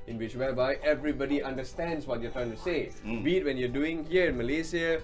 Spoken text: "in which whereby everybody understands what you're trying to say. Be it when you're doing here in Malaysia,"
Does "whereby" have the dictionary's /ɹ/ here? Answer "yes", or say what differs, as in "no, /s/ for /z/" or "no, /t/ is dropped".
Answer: no, /l/ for /ɹ/